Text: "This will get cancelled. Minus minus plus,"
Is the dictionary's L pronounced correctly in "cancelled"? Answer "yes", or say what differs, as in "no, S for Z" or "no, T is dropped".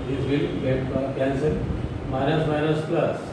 no, L is dropped